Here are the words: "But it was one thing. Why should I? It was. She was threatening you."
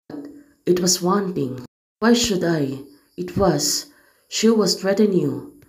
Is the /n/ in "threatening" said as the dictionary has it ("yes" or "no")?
no